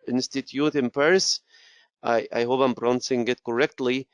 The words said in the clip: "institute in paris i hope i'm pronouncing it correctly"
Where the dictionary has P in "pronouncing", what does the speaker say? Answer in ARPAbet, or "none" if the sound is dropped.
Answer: B